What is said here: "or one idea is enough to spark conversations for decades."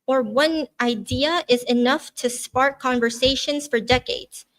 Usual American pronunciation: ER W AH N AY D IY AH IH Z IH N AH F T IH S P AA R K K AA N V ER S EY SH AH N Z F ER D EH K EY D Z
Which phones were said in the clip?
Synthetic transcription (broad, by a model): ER W AH N AY D IY AH IH Z IH N AH F T IH S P AA R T K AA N V ER S EY SH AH N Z F ER D EH K EY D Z